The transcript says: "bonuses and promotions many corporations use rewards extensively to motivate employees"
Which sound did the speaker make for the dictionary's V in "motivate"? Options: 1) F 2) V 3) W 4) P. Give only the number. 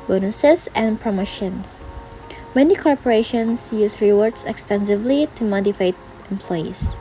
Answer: 1